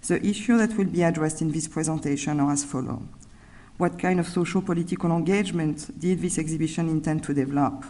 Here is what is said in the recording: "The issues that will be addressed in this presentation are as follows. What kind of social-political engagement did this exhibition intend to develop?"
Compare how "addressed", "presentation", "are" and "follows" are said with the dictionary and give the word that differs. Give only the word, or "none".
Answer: follows